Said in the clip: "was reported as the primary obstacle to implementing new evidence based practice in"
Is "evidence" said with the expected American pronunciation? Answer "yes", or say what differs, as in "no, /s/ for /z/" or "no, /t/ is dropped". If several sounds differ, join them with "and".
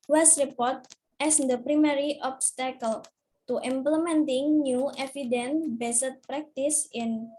no, /s/ is dropped